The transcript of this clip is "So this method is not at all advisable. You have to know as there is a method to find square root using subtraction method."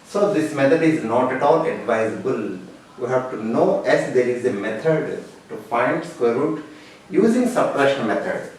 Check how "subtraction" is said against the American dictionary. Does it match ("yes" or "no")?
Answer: no